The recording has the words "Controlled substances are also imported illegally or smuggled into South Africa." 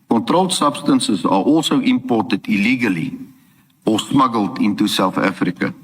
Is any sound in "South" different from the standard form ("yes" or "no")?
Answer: yes